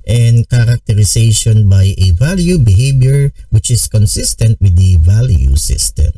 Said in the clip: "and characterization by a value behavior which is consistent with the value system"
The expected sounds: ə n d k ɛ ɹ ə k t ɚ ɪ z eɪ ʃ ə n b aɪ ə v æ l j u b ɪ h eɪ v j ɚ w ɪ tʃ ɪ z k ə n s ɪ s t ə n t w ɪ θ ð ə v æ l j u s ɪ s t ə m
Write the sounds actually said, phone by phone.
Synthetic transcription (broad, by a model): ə n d k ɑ ɹ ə k t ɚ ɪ s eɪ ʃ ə n b aɪ ə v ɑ l j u b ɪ h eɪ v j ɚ w ɪ tʃ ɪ s k ə n s ɪ s t ə n t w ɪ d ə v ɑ l j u s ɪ s t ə m